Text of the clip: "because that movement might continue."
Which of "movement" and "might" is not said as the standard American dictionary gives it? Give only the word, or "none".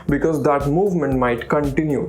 none